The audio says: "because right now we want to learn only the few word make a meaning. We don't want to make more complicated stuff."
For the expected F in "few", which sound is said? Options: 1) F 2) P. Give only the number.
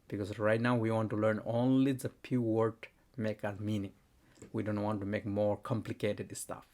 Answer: 2